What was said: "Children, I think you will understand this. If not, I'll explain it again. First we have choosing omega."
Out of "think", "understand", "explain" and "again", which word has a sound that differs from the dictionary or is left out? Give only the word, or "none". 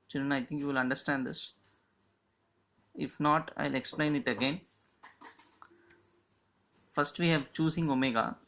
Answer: think